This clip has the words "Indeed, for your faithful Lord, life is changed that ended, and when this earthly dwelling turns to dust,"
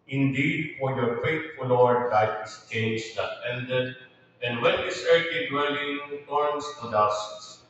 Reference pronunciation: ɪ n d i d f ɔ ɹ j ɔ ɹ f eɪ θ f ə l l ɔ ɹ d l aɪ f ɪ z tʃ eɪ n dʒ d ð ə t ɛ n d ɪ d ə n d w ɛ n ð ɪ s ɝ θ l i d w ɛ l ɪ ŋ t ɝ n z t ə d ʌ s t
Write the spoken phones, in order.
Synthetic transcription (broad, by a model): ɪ n d i d f ɔ ɹ j ɔ ɹ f eɪ t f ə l l ɔ ɹ d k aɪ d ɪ s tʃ eɪ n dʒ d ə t ɛ n d ɪ d ə n d w ɛ n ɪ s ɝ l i d w ɛ l ɪ ŋ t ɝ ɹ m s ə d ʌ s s